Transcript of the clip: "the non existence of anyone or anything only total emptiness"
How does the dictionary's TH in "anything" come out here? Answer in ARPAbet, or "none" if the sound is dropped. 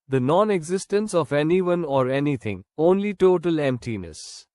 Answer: T